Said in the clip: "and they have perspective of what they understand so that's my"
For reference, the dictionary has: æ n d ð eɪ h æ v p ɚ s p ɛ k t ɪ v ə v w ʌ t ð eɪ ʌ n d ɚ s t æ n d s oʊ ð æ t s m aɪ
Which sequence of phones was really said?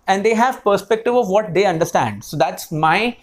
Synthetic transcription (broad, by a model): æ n d eɪ h æ v p ɚ s p ɛ k t ɪ v ə v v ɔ t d eɪ ʌ n d ɚ s t æ n d s oʊ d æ t s m aɪ